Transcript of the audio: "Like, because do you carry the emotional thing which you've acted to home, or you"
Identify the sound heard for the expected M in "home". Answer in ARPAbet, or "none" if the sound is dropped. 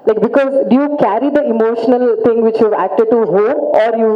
none